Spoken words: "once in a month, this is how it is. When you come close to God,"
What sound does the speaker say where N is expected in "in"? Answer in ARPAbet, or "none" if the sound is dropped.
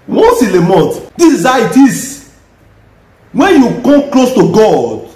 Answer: L